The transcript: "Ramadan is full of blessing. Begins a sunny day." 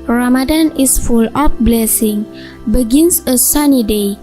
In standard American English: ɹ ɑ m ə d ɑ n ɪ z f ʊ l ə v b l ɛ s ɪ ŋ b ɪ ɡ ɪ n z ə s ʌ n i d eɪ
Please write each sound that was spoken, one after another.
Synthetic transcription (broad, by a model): ɹ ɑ m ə d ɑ n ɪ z f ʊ l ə p b l ɛ s ɪ ŋ b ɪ ɡ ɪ n s ə s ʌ n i d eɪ